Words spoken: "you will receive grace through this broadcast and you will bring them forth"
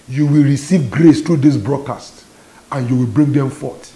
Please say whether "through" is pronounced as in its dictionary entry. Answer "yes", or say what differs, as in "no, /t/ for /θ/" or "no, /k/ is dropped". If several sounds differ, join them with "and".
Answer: no, /t/ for /θ/